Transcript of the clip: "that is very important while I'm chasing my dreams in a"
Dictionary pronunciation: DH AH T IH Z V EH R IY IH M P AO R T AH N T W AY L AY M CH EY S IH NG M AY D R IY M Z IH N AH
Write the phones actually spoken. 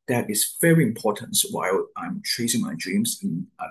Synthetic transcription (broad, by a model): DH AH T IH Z V EH R IY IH M P AO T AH N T W AY L AY M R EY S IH NG M AY D R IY M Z IH N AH